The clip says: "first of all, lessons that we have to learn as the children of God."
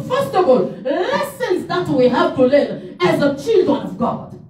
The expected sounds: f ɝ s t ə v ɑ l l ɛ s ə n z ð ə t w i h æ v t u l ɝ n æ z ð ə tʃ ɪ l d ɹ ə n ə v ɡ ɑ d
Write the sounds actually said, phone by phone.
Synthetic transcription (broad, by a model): f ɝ s t ə v ɑ l l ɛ s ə n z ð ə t w i h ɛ p t u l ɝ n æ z ð ə tʃ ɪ l d ɹ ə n ə v ɡ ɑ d